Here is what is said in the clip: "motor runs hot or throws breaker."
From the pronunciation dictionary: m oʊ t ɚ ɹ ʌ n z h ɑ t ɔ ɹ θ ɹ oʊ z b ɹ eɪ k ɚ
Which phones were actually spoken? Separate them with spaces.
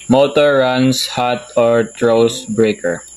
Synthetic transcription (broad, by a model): m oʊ t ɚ ɹ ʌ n s h ɑ t ɔ ɹ t ɹ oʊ s b ɹ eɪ k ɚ